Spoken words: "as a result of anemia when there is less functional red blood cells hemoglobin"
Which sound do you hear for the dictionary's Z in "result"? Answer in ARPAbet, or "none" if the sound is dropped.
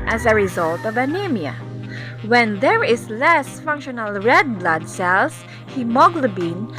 Z